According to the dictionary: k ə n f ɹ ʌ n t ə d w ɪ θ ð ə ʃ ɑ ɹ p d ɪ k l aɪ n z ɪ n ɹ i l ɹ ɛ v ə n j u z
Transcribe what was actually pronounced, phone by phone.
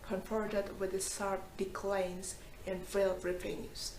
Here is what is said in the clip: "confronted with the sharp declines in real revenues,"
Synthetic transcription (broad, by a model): k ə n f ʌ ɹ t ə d w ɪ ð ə s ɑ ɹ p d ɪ k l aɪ n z ɪ n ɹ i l ɹ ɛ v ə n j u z